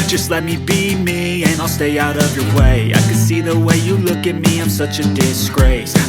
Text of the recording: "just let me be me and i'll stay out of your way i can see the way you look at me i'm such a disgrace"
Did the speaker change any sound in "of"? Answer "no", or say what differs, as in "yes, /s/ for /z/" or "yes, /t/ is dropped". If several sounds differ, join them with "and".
no